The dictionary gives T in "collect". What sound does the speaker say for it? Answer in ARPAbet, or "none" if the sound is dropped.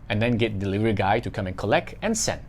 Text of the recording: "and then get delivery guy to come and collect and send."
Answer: T